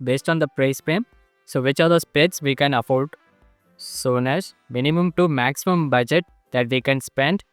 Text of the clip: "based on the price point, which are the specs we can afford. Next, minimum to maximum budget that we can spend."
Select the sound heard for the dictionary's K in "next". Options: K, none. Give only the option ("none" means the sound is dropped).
none